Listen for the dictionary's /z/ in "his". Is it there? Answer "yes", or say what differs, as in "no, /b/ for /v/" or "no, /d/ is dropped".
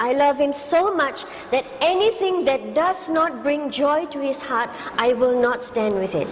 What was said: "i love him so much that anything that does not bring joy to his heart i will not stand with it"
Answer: no, /s/ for /z/